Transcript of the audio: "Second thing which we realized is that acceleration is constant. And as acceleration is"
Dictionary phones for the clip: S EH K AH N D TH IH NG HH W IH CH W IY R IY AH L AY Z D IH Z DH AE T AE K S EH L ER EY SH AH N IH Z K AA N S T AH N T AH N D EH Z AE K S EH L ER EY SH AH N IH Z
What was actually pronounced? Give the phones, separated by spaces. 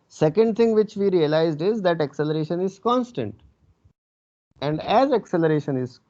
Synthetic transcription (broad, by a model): S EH K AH N D T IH NG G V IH CH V IY R IY AH L AY Z D IH Z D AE T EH K S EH L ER EY SH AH N IH Z K AA N S T AH N T AH N D EH Z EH K S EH L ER EY SH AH N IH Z